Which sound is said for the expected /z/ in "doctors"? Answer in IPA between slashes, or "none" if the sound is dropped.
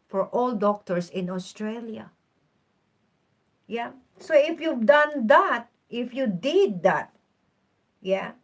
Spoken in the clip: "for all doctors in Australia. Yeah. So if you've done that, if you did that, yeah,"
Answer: /s/